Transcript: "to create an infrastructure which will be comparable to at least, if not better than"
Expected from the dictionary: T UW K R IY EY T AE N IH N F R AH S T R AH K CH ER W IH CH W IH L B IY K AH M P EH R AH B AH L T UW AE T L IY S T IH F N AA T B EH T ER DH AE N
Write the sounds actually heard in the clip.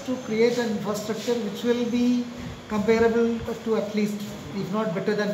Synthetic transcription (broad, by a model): T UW K R IY EY T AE N IH N F R AH S T R AH K CH ER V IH CH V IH L B IY K AH M P EH R AH B AH L T UW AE T L IY S T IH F N AA T B EH T ER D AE N